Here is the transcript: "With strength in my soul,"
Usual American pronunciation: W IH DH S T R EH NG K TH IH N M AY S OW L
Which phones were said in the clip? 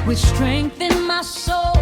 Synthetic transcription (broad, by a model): W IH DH S T R EH NG K TH IH N M AY S OW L